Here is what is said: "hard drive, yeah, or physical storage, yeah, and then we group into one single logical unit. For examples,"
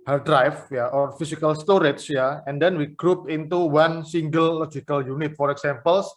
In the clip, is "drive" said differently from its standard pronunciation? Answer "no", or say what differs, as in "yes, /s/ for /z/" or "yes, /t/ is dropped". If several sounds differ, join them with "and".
yes, /f/ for /v/